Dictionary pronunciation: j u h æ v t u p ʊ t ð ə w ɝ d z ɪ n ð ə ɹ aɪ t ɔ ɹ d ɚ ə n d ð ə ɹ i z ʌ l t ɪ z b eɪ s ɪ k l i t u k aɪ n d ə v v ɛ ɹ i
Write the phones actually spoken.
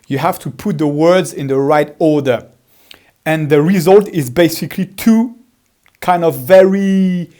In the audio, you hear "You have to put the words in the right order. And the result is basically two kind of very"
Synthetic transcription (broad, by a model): j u h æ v t u p ʊ t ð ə w ɝ d z ɪ n ð ə ɹ aɪ t ɔ ɹ d ɚ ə n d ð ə ɹ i z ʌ l t ɪ z b eɪ s ɪ k l i t u k aɪ n d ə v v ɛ ɹ i